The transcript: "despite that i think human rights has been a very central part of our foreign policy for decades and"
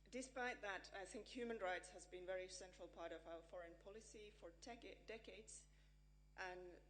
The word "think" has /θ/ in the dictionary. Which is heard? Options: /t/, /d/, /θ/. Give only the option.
/θ/